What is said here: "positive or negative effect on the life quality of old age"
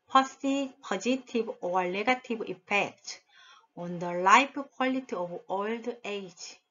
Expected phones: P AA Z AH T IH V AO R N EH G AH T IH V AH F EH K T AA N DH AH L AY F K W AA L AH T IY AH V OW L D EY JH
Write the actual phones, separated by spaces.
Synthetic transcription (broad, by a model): P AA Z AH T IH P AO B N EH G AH T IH B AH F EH K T AA N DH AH L AY P K W AA L AH T IY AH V OW L D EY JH